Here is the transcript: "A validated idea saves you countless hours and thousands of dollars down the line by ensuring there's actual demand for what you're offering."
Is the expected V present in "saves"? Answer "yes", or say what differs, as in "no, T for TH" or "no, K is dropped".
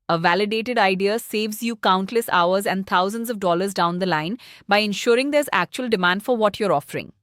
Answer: yes